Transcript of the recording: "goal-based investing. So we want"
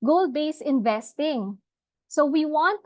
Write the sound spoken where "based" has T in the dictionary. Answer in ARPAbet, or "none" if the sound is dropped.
none